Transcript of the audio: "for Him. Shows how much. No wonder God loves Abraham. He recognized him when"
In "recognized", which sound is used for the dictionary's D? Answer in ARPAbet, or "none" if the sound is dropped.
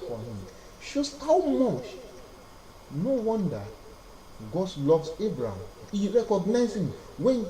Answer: none